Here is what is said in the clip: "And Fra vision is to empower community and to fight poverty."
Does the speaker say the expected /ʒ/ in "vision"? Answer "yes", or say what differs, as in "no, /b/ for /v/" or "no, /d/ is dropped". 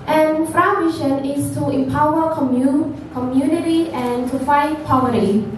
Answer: no, /ʃ/ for /ʒ/